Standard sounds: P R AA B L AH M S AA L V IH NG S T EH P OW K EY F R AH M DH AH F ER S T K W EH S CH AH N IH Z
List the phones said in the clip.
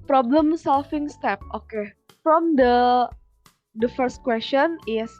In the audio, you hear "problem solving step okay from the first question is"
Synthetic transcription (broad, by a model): P R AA B L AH M S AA L F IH NG S T EH P OW K EY F R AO M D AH F ER S T K W EH S CH AH N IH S